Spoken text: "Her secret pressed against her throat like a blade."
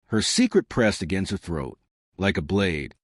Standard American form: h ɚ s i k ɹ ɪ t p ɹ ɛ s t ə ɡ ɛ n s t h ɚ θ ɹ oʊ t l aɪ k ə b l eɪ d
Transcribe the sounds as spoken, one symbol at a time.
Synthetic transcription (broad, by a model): h ɚ s i k ɹ ɪ t p ɹ ɛ s t ə ɡ ɛ n s t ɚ θ ɹ oʊ t l aɪ k ə b l eɪ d